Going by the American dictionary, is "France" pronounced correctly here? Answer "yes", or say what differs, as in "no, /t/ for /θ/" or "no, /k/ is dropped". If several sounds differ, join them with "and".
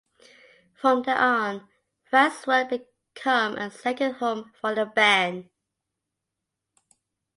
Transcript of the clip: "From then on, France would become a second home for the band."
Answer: no, /ɹ/ is dropped and /n/ is dropped